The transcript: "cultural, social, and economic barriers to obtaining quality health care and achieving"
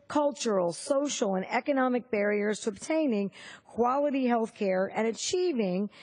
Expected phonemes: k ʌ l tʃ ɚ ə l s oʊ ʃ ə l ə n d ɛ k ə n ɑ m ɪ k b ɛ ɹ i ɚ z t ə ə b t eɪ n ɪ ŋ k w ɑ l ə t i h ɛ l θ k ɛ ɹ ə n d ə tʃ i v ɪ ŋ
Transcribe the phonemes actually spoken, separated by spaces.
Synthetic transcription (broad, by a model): k ʌ l tʃ ɚ l s oʊ ʃ l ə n ɛ k ə n ɑ m ɪ k b ɛ ɹ i ɚ z t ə ə b t eɪ n ɪ ŋ k w ɑ l ə t i h ɛ l θ k ɛ ɹ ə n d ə tʃ i v ɪ ŋ